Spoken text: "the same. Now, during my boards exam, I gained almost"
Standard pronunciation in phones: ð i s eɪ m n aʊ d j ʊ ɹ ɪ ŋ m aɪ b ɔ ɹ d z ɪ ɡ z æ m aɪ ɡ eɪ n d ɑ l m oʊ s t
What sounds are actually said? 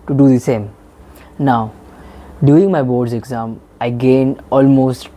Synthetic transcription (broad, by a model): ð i s eɪ m n aʊ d j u ɪ ŋ m aɪ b ɔ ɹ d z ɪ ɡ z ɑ m aɪ ɡ eɪ n ɑ l m oʊ s t